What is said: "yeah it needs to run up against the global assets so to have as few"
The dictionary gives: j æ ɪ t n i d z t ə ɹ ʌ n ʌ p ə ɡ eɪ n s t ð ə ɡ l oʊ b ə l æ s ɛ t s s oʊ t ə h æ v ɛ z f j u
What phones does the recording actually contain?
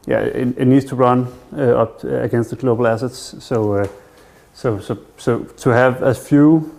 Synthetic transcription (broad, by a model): j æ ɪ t n i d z t ə ɹ ʌ n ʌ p ə ɡ eɪ n s t ð ə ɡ l oʊ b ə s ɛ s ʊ s s s oʊ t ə h æ v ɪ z f j u